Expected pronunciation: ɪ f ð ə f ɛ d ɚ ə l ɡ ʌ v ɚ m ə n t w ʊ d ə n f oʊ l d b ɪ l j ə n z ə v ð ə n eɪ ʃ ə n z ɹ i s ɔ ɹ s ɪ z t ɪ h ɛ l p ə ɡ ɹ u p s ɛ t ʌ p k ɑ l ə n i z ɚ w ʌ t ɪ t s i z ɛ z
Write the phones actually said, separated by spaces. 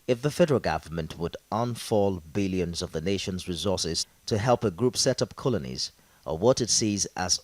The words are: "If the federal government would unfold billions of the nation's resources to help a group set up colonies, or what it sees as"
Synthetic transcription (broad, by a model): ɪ f ð ə f ɛ d ɚ ə l ɡ ʌ v ɚ m ə n t w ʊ d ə n f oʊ l b ɪ l j ə n z ə v ð ə n eɪ ʃ ə n z ɹ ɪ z ɔ ɹ s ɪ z t ɪ h ɛ l p ə ɡ ɹ u p s ɛ t ʌ p k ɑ l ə n i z ɚ w ʌ t ɪ t s i z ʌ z